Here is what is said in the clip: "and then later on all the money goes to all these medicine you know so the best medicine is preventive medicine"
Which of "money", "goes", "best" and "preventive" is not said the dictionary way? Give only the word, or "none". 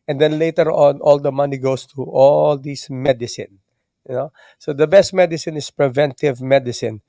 goes